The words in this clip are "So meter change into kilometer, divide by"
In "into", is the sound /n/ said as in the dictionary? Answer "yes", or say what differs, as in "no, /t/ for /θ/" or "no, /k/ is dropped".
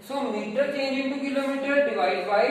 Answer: no, /n/ is dropped